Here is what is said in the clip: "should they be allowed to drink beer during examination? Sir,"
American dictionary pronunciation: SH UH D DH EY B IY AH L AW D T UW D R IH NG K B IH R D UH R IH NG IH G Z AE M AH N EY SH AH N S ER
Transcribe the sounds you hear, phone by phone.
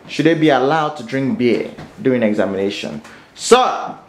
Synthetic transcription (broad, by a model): SH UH D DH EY B IY AH L AW D T UW D R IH NG K B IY D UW IH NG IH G Z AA M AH N EY SH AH N S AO